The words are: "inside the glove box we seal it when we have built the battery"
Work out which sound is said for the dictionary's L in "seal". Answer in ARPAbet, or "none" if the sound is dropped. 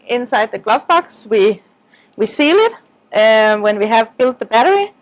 L